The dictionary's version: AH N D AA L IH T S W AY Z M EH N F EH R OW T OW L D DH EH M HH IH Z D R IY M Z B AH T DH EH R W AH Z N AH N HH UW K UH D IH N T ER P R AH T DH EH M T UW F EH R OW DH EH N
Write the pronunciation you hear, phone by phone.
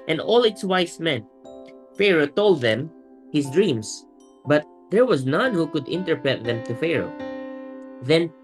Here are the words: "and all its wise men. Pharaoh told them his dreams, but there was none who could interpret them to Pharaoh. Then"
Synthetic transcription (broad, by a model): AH N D AA L IH T S W AY S M EH N F EH R OW T OW L D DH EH M HH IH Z D R IY M S B AH T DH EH R W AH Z N AH N HH UW K UH D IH N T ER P AH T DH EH M T UW F EH R OW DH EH N